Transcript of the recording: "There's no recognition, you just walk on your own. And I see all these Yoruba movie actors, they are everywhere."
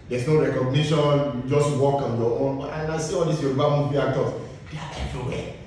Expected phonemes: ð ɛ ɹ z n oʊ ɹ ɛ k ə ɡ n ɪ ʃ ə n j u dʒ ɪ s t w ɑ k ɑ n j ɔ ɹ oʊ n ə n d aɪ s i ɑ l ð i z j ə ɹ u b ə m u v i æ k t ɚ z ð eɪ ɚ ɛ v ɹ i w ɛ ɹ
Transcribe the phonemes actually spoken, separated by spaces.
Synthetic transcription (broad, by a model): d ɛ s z n oʊ ɹ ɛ k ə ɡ n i ʃ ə n j u dʒ ɪ s t w ɑ k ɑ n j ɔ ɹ oʊ n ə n aɪ s i ɑ l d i s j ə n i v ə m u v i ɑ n t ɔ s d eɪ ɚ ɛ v ɹ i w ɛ